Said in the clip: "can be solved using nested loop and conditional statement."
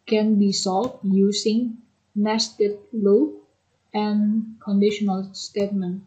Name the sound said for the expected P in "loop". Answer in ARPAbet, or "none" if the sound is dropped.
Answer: none